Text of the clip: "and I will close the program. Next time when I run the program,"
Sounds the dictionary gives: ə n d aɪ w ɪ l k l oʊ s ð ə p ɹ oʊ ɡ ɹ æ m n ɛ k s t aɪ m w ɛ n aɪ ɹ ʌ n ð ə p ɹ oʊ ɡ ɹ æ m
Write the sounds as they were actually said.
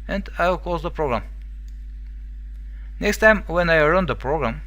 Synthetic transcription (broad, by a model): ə n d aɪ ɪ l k oʊ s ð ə p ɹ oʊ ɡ ɹ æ m n ɛ k s t aɪ m w ɛ n aɪ ɹ ʌ n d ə p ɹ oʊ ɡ ɹ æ m